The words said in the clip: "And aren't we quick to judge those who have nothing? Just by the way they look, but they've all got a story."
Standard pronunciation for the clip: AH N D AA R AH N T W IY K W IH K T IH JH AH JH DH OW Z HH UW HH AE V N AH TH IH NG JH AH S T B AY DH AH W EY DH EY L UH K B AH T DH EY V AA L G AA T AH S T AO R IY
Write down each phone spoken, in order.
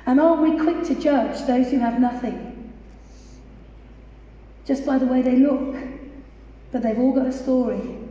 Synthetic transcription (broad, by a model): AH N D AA AH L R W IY K W IH K T IH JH AH CH DH OW Z HH UW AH V N AH TH IH NG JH AH S B AY DH AH W EY DH EY L UH K B AH T DH EY V AA L G AA T AH S T AO R IY